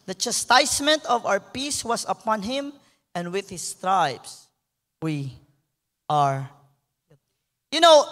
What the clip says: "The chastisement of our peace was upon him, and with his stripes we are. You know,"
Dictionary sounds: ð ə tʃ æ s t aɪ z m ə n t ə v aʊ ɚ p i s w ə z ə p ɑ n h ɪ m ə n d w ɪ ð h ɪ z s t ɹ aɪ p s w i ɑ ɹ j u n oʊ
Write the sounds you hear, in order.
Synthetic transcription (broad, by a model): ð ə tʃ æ s t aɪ s m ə n t ə v aʊ ɚ p i s w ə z ə p ɑ n h ɪ m ə n d w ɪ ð h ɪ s t ɹ aɪ b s w i ɑ ɹ j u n oʊ